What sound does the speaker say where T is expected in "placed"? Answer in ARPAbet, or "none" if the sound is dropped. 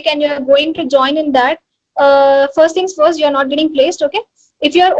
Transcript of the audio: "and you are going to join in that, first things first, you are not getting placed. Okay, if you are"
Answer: T